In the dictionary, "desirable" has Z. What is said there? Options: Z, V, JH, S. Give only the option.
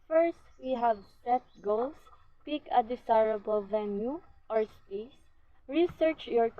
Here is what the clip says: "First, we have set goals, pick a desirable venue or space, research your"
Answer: S